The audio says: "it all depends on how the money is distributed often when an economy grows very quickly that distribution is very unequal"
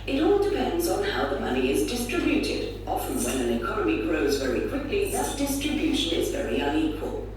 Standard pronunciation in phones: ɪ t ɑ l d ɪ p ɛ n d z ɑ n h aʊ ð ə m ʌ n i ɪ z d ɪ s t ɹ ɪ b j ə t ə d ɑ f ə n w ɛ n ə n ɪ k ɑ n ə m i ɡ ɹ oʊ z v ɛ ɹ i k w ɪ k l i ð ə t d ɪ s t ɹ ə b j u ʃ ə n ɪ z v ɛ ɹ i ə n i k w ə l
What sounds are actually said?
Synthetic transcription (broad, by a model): ɪ t ɑ l d ɪ p ɛ n d z n h aʊ ð ə m ʌ n i ɪ z d ɪ s t ɹ ɪ b j ə t ə d ɑ f ə n w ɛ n ə n ɪ k ɑ n ə m i ɡ ɹ oʊ z v ɛ ɹ i k w ɪ k l i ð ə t d ɪ s t ɹ ə b j u ʃ ə n ɪ z v ɛ ɹ i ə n i k w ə l